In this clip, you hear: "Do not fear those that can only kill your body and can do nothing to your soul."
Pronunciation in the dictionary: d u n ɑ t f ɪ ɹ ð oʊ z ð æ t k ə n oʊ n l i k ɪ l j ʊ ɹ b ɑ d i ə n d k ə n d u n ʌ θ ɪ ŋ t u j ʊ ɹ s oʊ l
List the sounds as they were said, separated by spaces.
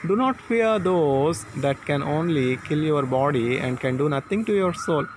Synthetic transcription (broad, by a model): d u n ɑ t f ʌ ɹ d oʊ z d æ t k ə n oʊ n l i k ɪ l j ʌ ɹ b ɑ d i ə n d k ə n d u n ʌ t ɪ ŋ t u j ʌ ɹ s oʊ l